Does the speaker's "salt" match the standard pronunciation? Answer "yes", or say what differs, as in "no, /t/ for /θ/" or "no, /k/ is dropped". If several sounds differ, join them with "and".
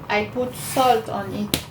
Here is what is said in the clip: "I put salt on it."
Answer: yes